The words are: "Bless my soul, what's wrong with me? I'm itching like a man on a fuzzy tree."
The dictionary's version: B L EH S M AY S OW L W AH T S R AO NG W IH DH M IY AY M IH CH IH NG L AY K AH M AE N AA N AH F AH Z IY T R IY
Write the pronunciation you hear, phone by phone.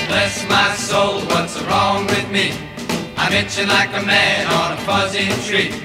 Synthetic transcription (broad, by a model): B L EH S M AY S OW L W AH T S R AO NG W IH DH M IY AY M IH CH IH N L AY K AH M AE N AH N AH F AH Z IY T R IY